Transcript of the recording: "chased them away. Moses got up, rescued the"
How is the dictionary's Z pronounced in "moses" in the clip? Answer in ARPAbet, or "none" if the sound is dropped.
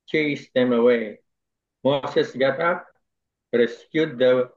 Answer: S